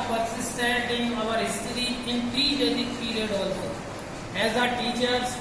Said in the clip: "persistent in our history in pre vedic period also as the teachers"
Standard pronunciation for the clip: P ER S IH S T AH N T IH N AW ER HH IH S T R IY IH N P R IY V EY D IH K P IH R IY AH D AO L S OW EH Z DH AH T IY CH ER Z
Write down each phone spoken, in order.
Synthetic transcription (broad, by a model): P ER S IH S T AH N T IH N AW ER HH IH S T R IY IH N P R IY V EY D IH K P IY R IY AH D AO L OW EH Z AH T IY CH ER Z